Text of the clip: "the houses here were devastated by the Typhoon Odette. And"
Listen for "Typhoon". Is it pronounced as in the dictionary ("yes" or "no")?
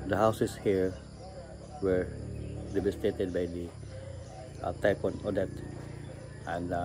no